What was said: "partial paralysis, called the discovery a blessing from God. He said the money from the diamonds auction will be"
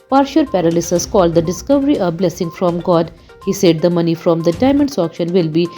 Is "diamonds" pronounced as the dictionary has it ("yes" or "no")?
no